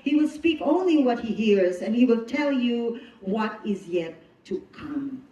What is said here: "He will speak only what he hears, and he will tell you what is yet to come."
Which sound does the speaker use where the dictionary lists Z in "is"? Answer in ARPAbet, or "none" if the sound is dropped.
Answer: Z